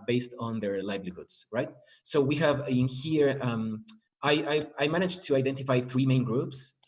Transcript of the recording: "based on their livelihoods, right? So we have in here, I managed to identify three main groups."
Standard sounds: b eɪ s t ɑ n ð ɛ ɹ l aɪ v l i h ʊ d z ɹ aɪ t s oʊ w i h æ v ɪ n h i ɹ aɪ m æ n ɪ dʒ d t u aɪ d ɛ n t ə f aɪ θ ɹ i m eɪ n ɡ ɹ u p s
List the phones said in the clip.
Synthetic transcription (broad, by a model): b eɪ s t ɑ n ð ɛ ɹ l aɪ b l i h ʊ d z ɹ aɪ t s oʊ w i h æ v ɪ n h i ɹ aɪ m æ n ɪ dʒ t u aɪ d ɛ n t ə f aɪ θ ɹ i m eɪ n ɡ ɹ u p s